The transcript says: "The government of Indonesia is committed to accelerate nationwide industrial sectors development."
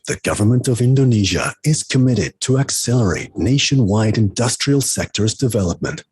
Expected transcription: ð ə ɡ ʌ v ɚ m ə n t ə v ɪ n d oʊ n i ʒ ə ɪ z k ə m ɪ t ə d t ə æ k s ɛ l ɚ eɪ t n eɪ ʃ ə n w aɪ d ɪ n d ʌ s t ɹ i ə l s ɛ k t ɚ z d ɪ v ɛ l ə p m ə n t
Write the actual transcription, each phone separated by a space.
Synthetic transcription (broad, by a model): ð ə ɡ ʌ v ɚ m ə n t ə v ɪ n d oʊ n i ʒ ə ɪ z k ə m ɪ t ə d t ə æ k s ɛ l ɚ eɪ t n eɪ ʃ ə n w aɪ d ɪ n d ʌ s t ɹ i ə l s ɛ k t ɚ z d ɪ v ɛ l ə p m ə n t